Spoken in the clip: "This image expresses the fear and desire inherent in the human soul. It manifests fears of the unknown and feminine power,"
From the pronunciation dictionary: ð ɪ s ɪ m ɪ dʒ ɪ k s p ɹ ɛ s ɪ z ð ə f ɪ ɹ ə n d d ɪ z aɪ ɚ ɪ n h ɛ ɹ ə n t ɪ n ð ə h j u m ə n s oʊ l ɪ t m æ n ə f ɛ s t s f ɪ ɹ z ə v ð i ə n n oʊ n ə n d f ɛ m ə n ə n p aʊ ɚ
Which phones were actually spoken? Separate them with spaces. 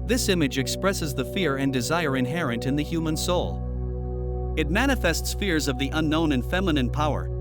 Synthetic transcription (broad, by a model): ð ɪ s ɪ m ɪ dʒ ɪ k s p ɹ ɛ s ɪ z ð ə f ɪ ɹ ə n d d ɪ z aɪ ɚ ɪ n h ɛ ɹ ə n t ɪ n ð ə h j u m ə n s oʊ l ɪ t m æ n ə f ɛ s t s f ɪ ɹ z ə v ð i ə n n oʊ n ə n f ɛ m ə n ə n p aʊ ɚ